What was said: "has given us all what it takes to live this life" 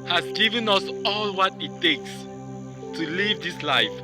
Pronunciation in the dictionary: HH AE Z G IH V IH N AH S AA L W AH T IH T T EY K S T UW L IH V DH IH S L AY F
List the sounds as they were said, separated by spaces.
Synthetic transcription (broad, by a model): HH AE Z G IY V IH N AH S AA L W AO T IH T T EY K S T UW L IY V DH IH S L AY F